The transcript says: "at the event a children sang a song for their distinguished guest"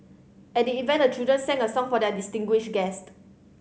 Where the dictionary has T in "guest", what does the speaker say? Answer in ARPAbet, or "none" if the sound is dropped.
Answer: T